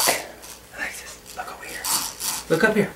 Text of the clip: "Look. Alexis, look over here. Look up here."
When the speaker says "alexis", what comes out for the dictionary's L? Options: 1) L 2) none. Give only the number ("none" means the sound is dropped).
2